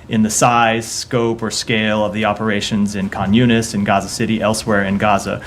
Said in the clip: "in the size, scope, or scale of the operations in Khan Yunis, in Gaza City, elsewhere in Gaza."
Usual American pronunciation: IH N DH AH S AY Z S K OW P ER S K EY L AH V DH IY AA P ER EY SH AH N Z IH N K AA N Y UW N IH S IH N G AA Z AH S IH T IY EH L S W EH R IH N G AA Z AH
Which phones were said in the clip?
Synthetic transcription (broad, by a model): IH N DH AH S AY Z S K OW P ER S K EY L AH V DH IY AA P ER EY SH AH N Z IH N K AA N Y UW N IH S IH N G AA Z AH S IH T IY EH L S W EH R IH N G AA Z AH